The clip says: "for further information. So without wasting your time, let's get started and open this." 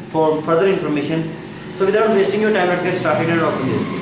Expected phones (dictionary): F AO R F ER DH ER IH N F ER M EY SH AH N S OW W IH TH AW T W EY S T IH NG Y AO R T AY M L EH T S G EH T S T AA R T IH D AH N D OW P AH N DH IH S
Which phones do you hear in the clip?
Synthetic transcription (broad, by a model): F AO R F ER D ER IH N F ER M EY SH AH N S OW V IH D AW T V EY S T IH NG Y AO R T AY M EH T G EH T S T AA R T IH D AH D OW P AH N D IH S